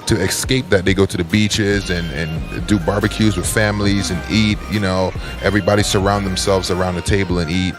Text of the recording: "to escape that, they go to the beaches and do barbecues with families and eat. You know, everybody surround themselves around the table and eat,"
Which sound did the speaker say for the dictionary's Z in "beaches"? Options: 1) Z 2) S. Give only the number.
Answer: 1